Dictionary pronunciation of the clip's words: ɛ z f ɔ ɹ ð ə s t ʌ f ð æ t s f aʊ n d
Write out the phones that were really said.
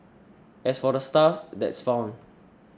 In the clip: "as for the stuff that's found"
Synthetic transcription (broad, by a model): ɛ s f ɔ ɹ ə s t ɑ f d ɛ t s f aʊ n